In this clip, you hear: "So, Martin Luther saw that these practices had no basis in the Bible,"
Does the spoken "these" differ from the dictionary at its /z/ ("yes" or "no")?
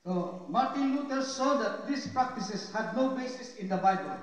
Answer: yes